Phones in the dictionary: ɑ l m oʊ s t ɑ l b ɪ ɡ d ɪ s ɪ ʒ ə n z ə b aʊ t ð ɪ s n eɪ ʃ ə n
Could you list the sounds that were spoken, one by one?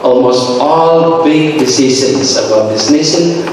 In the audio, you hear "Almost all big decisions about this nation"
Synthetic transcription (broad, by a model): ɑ l m oʊ s t ɑ l b ɪ ɡ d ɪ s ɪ ʃ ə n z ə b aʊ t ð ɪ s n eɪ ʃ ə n